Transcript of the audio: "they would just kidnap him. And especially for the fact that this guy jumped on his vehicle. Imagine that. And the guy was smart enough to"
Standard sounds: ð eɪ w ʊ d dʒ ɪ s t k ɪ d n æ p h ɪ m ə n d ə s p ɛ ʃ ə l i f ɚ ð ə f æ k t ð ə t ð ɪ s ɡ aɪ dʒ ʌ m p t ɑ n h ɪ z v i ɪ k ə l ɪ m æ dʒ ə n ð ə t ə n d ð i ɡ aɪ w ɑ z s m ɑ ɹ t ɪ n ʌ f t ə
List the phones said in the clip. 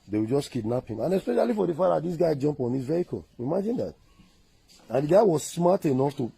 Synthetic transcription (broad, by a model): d eɪ w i dʒ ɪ s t k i d n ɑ p h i m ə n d ə s p ɛ ʃ ə l i f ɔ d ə f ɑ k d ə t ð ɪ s ɡ aɪ dʒ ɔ m p ɑ n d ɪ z v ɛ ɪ k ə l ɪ m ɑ dʒ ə n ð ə t ə n d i ɡ aɪ w ɑ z s m ɑ t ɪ n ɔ f t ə